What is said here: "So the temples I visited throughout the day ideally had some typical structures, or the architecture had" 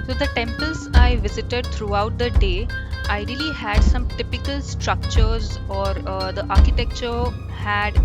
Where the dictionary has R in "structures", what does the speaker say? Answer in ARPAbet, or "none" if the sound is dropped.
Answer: R